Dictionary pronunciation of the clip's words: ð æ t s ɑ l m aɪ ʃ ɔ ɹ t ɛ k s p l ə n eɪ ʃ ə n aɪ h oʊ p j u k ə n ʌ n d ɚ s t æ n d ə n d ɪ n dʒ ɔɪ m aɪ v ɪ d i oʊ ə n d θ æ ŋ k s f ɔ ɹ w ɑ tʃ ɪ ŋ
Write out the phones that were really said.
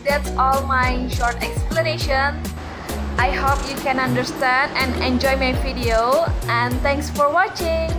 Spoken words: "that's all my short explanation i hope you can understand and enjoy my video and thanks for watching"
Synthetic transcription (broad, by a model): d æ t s ɑ l m aɪ ʃ ɔ ɹ t ɛ k s p l ə n eɪ ʃ ə n aɪ h oʊ p j u k ə n ʌ n d ɚ s t æ n d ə n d ɪ n dʒ ɔɪ m aɪ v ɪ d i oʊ ə n d t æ ŋ k s f ɔ ɹ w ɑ tʃ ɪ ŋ